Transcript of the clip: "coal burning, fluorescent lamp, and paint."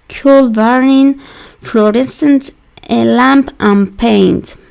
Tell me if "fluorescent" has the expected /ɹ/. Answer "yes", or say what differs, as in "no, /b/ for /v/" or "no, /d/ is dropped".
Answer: yes